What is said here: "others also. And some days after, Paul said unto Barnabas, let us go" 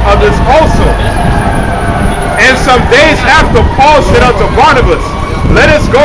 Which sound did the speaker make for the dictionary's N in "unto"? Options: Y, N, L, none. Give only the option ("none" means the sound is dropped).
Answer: none